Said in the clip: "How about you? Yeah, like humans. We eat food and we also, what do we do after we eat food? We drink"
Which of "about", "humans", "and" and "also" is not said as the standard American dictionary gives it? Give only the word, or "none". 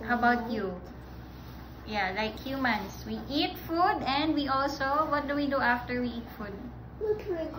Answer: humans